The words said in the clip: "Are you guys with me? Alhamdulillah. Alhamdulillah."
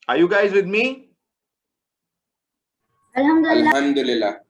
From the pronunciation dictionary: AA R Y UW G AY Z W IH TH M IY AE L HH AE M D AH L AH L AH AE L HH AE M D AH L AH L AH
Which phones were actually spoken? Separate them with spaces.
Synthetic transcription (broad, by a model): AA R Y UW G AY Z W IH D M IY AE L HH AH M D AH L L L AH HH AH M D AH L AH L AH